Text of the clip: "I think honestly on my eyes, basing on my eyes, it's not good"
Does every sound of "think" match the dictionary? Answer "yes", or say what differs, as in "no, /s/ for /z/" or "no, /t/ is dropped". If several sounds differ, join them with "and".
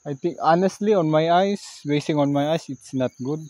no, /t/ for /θ/